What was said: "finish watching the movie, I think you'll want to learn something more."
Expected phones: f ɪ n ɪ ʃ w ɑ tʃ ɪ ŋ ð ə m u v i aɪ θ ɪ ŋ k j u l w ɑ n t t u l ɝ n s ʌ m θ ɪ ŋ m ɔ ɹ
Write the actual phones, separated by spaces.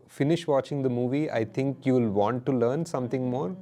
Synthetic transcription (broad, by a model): f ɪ n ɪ ʃ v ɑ tʃ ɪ ŋ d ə m u v i aɪ t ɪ ŋ k j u l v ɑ n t t u l ɝ n s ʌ m t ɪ ŋ m ɔ ɹ